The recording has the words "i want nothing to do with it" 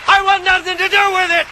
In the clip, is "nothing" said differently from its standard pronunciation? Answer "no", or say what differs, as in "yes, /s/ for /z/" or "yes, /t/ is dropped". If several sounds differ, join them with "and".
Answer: no